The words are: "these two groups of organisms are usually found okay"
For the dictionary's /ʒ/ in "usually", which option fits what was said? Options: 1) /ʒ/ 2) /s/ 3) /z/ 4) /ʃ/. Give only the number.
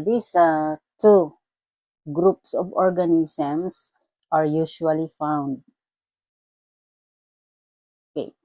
4